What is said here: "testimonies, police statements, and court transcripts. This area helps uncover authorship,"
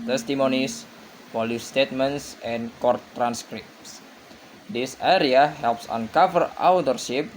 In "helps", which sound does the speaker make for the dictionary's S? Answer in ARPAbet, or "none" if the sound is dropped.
S